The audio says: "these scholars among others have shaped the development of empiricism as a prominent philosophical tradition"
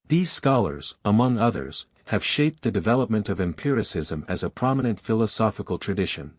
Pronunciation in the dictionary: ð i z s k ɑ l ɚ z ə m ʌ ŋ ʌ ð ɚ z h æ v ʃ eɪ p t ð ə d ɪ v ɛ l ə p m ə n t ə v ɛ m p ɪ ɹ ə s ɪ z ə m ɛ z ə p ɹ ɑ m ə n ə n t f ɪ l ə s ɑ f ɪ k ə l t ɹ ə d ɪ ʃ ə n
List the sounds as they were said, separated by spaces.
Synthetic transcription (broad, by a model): ð i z s k ɑ l ɚ z ə m ʌ ŋ ʌ ð ɚ z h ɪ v ʃ eɪ p t ð ə d ɪ v ɛ l ə p m ə n t ə v ɛ m p ɪ ɹ ə s ɪ z ə m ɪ z ə p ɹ ɑ m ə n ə n t f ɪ l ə s ɑ f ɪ k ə l t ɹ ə d ɪ ʃ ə n